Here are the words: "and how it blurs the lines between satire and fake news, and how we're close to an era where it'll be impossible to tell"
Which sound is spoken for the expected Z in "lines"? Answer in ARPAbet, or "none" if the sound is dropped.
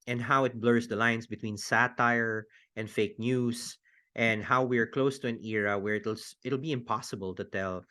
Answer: S